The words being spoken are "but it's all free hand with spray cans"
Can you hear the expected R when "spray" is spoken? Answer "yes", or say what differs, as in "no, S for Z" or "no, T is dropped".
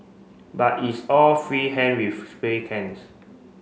no, R is dropped